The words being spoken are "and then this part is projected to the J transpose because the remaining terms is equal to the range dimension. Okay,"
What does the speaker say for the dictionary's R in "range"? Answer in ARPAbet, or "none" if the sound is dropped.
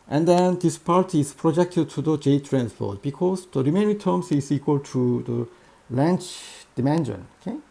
L